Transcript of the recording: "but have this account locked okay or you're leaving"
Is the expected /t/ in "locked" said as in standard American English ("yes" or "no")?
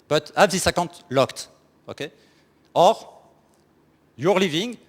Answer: yes